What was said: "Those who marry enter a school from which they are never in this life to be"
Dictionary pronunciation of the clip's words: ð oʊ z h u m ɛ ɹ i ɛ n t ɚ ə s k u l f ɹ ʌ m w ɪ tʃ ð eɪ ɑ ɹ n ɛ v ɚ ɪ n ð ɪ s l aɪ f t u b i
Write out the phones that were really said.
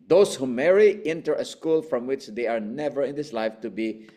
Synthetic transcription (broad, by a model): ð oʊ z h u m ɛ ɹ i ɛ n t ɚ ə s k u l f ɹ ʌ m w ɪ tʃ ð eɪ ɑ ɹ n ɛ v ɚ ɪ n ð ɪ s l aɪ f t u b i